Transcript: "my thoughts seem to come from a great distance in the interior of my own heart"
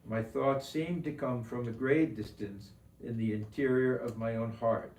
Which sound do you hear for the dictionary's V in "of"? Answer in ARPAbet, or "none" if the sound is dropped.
V